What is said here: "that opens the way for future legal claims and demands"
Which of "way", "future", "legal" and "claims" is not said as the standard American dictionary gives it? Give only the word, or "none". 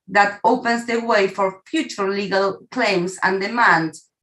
claims